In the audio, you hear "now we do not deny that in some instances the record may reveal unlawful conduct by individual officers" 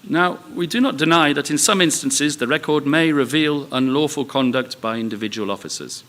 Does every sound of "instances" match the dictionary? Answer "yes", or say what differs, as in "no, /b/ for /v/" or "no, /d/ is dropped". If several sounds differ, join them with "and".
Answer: yes